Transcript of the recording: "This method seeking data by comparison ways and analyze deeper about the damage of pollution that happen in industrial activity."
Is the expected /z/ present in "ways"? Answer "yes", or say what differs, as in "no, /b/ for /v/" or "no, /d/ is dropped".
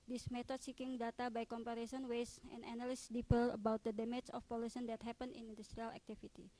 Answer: no, /s/ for /z/